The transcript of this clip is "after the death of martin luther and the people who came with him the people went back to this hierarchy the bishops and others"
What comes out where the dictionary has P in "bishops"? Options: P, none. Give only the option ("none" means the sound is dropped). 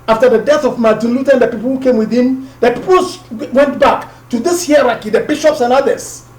P